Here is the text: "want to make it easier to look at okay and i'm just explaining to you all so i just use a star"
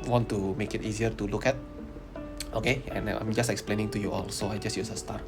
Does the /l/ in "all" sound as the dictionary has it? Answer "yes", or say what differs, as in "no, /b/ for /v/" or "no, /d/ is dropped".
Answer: yes